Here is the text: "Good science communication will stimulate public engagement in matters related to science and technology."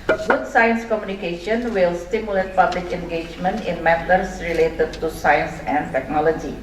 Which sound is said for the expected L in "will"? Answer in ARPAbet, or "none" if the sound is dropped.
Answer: L